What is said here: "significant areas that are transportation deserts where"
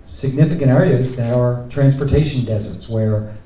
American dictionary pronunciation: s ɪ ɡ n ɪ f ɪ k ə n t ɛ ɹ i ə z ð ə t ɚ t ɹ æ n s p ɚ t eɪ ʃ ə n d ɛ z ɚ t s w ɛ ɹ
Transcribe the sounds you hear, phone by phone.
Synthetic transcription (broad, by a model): s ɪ ɡ n ɪ f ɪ k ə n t ɛ ɹ i ə z ð ə t ɚ t ɹ æ n s p ɚ t eɪ ʃ ə n d ɛ z ɚ t s w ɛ ɹ